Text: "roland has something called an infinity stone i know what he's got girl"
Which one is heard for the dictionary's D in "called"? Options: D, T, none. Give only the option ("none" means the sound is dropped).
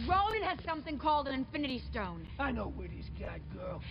D